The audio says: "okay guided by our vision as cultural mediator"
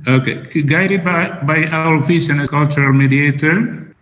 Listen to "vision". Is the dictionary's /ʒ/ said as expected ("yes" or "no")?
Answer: no